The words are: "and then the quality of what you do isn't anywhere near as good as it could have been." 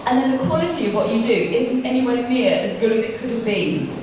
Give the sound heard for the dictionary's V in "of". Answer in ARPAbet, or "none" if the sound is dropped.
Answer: V